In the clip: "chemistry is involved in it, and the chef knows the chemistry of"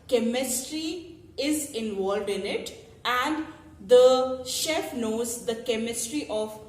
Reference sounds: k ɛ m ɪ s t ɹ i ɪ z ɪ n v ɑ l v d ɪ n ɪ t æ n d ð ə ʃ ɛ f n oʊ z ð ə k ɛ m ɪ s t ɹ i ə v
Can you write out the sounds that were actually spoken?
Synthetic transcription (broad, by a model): k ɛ m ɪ s t ɹ i ɪ z ɪ n v ɑ l v d ɪ n ɪ t æ n d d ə ʃ ɛ f n oʊ z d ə k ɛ m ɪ s t ɹ i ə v